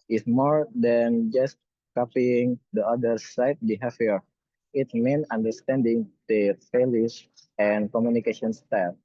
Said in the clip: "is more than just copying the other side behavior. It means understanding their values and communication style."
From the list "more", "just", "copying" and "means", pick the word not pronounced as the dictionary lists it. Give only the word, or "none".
means